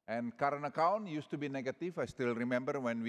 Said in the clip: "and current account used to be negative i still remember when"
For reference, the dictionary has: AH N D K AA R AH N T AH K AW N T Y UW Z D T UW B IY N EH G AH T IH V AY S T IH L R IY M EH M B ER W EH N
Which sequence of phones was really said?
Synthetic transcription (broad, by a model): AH N K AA R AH N AH K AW N Y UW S T UW B IY N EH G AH T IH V AY S T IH L R IY M EH M B ER W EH N